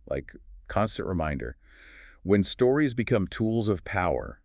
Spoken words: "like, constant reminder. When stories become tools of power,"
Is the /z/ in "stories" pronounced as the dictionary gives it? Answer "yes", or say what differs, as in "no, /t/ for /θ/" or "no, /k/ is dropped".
yes